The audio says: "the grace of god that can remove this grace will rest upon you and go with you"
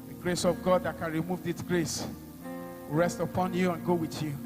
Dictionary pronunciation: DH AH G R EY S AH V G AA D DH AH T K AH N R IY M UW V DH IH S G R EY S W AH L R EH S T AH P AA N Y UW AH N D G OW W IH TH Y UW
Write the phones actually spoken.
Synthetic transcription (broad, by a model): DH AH G R EY S AH V G AA D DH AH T K AH N R IY M UW V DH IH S G R EY S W R EH S T AH P AA N Y UW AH N G OW W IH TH Y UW